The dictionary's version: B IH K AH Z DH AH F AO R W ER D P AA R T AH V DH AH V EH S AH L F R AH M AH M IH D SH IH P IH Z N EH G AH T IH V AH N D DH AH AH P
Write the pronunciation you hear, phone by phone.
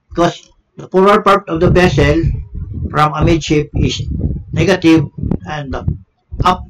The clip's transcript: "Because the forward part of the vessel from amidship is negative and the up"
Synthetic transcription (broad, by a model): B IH K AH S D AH P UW R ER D P AA R T AH V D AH B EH S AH L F R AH M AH M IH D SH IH P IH S N EH G AH T IH V AH N D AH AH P